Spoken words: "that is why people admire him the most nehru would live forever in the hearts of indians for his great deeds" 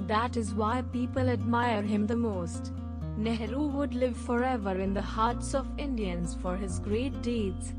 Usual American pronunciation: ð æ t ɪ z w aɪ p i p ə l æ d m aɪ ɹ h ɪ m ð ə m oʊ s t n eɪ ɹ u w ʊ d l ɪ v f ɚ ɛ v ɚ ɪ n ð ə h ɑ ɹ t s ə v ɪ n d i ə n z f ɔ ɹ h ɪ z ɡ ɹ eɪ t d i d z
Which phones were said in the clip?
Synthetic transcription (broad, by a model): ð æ t ɪ z w aɪ p i p ə l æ d m aɪ ɹ h ɪ m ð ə m oʊ s t n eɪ ɹ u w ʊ d l ɪ v f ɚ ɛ v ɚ ɪ n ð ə h ɑ ɹ t s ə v ɪ n d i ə n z f ɔ ɹ h ɪ z ɡ ɹ eɪ t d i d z